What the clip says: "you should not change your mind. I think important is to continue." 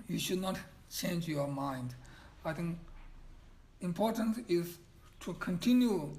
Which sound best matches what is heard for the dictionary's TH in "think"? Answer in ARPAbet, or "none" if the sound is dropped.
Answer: T